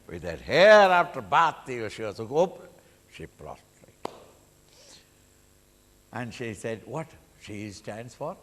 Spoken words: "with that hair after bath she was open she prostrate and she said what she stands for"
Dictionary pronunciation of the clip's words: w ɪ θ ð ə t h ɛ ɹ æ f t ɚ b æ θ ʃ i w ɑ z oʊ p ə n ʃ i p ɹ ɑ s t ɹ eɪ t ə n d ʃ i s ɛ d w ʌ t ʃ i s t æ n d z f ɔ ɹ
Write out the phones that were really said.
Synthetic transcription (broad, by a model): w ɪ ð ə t h ɛ ɹ æ f t ɚ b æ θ ʃ i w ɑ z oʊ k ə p ʃ i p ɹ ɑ t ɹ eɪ t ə n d ʃ i s ɛ d w ʌ t ʃ i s t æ n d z f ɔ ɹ